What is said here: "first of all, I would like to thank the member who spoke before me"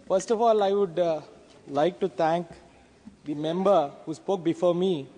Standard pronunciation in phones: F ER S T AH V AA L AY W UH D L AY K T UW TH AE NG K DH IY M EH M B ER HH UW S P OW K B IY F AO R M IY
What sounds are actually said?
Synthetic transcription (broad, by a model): F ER S T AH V AA L AY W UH D L AY K T UW T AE NG K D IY M EH M B ER HH UW S P OW K B IY F AO R M IY